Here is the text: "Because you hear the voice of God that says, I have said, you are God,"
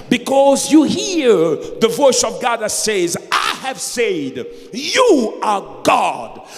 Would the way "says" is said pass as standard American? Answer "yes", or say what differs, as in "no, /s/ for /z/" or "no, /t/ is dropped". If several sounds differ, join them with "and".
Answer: yes